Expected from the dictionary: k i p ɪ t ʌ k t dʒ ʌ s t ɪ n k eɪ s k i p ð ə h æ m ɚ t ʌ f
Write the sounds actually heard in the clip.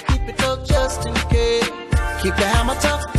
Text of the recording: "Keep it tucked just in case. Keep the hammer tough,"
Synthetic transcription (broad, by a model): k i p ɪ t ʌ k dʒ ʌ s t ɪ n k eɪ k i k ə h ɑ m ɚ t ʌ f